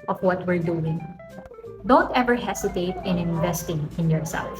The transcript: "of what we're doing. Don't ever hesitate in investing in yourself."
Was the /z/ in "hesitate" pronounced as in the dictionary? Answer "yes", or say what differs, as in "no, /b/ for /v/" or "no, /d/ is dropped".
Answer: no, /s/ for /z/